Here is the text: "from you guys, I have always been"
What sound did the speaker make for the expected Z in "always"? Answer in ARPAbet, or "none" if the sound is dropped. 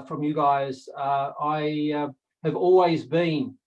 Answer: Z